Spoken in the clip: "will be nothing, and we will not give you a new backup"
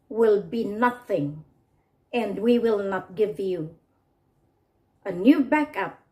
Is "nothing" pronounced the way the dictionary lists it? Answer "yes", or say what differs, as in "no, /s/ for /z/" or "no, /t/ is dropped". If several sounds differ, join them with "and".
yes